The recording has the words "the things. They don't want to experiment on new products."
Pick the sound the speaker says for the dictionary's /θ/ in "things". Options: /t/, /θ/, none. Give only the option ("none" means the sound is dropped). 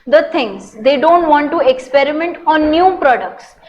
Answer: /t/